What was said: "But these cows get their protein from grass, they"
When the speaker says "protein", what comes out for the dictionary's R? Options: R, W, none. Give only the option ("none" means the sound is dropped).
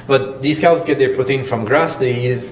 none